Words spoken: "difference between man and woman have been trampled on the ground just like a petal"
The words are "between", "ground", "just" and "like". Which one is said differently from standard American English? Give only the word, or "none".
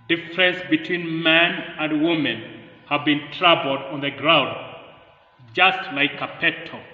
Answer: none